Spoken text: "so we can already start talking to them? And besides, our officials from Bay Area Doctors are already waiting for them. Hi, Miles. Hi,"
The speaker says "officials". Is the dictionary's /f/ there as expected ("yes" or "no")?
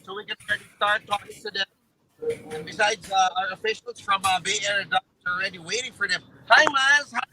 no